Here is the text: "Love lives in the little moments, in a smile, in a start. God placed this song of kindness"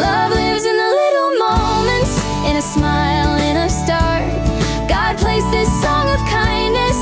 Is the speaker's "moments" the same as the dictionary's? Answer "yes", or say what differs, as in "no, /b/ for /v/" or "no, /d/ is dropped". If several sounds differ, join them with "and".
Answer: no, /s/ is dropped